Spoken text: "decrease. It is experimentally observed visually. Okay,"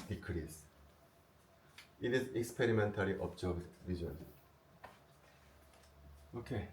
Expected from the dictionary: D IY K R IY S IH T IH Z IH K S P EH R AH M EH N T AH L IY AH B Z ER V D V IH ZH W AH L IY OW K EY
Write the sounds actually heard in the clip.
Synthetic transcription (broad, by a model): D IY K R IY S IH T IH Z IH K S P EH R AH M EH N T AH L IY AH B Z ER B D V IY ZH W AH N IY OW K EY